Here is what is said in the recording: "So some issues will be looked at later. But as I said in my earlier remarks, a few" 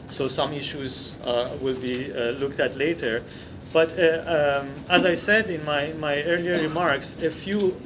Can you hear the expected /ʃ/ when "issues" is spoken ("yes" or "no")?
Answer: yes